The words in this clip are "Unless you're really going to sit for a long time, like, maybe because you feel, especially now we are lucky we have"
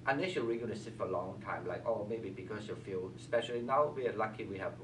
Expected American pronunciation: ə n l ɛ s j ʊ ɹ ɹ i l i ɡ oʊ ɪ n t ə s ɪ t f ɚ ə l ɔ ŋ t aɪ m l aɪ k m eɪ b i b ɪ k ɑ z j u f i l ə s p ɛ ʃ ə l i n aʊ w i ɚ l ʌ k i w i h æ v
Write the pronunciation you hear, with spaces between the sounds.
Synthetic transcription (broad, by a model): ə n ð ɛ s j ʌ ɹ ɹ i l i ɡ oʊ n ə s ɪ t f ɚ ə l ɔ ŋ t aɪ m l aɪ k m eɪ b i b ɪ k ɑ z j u f i l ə s p ɛ ʃ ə l i n aʊ w i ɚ l ʌ k i w i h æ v